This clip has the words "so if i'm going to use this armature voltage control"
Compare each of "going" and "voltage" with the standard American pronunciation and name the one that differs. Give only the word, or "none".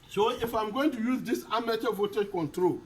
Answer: voltage